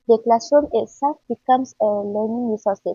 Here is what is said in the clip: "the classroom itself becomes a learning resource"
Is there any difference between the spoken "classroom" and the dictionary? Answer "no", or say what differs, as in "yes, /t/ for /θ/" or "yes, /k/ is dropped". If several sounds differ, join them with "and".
yes, /ɹ/ is dropped